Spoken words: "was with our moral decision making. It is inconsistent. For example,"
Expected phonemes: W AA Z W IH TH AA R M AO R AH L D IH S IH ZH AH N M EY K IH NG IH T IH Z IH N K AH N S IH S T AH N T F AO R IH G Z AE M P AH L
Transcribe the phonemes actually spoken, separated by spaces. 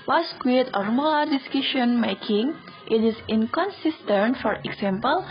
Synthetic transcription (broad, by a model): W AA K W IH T AA R M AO L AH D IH S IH SH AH N M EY K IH NG IH T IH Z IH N K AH N S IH S T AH N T F AO R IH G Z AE M P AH L